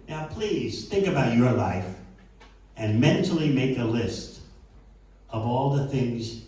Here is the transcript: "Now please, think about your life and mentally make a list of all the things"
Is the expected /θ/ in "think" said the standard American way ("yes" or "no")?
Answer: yes